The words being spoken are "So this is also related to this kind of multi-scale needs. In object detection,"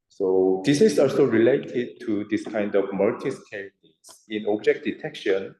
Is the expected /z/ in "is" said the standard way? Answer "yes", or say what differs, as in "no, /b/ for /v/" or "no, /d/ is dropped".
no, /s/ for /z/